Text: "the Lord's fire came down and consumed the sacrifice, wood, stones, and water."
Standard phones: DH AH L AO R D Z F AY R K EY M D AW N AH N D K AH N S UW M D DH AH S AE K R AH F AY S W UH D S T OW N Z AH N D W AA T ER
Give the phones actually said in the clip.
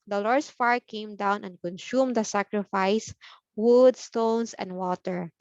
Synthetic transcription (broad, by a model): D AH L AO R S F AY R K EY M D AW N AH N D K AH N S UW M D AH S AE K R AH F AY S W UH D S T OW N S AH N D W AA T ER